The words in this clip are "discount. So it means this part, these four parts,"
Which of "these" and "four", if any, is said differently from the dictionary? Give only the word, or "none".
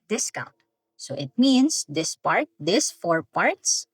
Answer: these